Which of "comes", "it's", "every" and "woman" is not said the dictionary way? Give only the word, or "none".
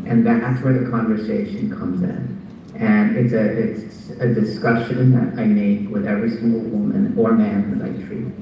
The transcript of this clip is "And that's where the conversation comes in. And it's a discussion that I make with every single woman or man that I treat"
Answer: none